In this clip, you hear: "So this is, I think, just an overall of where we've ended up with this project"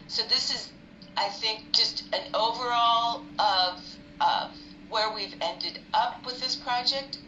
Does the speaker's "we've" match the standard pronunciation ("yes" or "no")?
yes